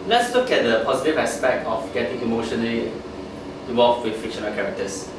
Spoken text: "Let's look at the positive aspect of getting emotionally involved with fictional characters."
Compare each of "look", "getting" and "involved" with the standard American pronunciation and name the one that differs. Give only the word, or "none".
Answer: involved